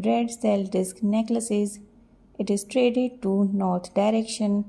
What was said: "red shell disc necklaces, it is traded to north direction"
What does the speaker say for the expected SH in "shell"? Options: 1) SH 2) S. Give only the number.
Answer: 2